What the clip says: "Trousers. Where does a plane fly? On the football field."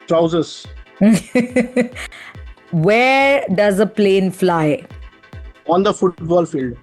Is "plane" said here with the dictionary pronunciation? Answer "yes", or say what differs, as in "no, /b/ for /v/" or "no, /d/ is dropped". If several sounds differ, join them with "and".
yes